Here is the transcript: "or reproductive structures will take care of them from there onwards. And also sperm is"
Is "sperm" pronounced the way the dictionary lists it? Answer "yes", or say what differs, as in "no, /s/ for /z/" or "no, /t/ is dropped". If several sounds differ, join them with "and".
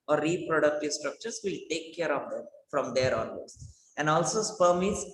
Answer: yes